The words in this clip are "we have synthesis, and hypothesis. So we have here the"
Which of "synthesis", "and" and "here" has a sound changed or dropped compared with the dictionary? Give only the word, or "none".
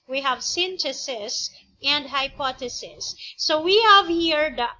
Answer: synthesis